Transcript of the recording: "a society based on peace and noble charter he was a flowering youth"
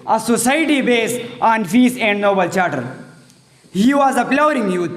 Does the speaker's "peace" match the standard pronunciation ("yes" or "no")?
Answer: no